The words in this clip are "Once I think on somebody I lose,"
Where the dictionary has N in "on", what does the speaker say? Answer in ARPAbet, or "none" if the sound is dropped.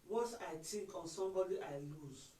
N